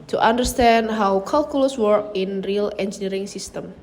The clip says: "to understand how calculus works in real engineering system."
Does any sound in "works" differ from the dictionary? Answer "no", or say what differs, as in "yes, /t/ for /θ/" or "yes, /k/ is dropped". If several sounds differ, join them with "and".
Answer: yes, /s/ is dropped